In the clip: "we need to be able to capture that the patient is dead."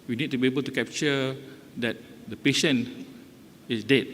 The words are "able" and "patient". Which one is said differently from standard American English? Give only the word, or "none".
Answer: patient